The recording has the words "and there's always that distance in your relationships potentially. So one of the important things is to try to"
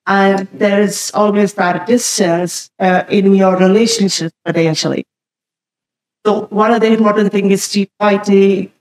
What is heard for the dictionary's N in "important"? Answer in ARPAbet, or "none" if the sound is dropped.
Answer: none